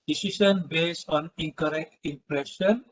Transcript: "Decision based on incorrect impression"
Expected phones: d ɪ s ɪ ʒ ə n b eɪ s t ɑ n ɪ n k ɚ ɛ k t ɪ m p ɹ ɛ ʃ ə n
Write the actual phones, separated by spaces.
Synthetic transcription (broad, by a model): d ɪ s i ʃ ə n b eɪ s ɑ n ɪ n k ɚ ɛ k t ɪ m p ɹ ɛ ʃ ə n